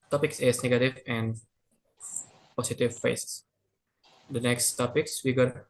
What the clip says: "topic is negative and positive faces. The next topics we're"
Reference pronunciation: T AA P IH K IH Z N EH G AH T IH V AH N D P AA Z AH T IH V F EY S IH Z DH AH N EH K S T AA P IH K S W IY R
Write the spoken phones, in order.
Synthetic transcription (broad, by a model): T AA P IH K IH S N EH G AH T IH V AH N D P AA S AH T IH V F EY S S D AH N EH K S T AA P IH K S W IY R